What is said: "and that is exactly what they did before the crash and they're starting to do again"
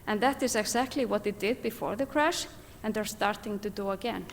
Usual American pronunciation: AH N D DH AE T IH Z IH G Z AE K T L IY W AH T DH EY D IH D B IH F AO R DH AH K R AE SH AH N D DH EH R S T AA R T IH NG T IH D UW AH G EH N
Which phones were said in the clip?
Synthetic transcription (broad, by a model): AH N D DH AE T IH Z IH G Z AE K T L IY W AH T DH EY D IH D B IH F AO R DH AH K R AE SH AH N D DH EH R S T AA R T IH NG T IH D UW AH G EH N